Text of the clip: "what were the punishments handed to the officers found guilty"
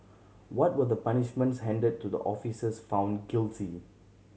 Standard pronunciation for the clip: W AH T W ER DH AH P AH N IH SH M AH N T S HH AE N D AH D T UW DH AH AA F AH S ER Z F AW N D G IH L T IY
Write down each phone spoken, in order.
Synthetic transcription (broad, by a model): W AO T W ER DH AH P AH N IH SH M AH N T S HH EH N D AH D T UW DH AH AA F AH S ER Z F AW N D G IH L T IY